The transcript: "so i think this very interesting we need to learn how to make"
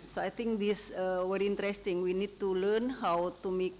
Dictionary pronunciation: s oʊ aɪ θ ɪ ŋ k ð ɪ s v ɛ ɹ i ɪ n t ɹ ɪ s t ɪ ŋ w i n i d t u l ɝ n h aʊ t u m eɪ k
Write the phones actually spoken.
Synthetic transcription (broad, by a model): s oʊ aɪ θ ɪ ŋ k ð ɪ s w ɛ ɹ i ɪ n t ɹ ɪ s t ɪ ŋ w i n i d t u l ɝ n h aʊ t u m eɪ k